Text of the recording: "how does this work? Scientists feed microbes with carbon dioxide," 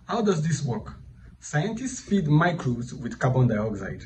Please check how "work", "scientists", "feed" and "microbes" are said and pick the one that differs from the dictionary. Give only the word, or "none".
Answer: microbes